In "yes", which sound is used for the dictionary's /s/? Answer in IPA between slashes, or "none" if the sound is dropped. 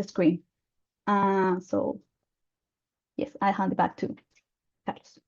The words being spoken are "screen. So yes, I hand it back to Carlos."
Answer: /s/